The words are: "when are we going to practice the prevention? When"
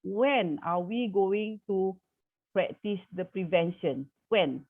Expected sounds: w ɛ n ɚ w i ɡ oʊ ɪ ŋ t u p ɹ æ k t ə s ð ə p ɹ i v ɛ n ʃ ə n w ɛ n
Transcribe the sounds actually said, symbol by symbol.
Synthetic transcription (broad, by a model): w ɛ n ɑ w i ɡ oʊ ɪ ŋ t u p ɹ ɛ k t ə s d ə p ɹ i v ɛ n ʃ ə n w ɛ n